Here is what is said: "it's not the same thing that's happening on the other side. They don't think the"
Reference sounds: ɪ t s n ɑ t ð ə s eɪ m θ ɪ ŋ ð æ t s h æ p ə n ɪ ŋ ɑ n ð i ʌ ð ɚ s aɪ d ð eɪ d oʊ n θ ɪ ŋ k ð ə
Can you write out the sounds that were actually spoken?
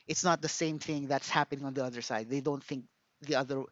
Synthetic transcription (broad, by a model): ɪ t s n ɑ t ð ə s eɪ m θ ɪ ŋ ð æ t s h æ p ə n ɪ ŋ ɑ n ð i ʌ ð ɚ s aɪ d ð eɪ d oʊ n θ ɪ ŋ k ð ə